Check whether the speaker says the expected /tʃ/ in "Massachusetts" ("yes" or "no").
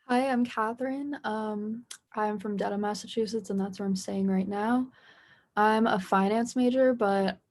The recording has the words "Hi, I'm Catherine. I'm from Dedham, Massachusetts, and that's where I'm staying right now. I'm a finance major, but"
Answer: yes